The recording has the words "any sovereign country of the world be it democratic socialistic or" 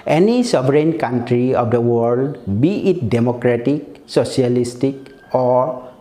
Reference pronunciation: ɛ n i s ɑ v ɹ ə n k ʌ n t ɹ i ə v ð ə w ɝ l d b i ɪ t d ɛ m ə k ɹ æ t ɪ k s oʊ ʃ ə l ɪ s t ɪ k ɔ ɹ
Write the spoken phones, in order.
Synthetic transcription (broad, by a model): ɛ n i s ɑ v ɹ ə n k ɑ n t ɹ i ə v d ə w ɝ l d b i ɪ t d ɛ m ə k ɹ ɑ t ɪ k s oʊ s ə l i s t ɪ k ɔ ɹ